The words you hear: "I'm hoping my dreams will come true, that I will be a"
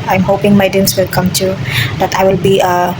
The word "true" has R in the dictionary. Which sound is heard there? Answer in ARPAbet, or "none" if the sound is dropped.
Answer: none